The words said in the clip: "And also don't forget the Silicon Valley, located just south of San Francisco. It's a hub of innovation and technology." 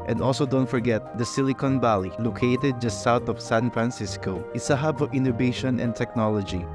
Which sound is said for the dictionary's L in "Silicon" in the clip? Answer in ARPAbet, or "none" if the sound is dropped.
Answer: L